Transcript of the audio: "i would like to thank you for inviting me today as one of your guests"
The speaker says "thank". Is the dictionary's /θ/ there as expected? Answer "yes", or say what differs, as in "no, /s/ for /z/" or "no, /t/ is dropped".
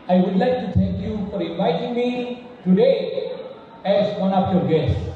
no, /t/ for /θ/